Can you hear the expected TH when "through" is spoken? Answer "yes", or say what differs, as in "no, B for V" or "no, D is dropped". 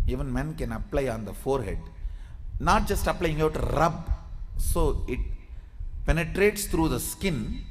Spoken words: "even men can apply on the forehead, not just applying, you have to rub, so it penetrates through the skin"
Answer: no, T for TH